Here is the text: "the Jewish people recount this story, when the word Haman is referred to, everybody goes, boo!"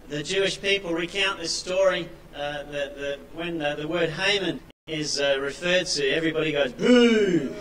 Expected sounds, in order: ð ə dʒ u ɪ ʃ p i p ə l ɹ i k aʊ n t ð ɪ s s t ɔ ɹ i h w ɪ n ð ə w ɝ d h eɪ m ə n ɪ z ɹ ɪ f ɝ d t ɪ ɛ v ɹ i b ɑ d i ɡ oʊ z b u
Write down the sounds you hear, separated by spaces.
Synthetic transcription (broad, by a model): ð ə dʒ u ɪ ʃ p i p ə l ɹ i k aʊ n ð ɪ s s t ɔ ɹ i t w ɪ n ð ə w ɝ d h eɪ m ə n ɪ z ɹ ɪ f ɝ d t ɪ ɛ v ɹ i b ɑ d i ɡ oʊ z b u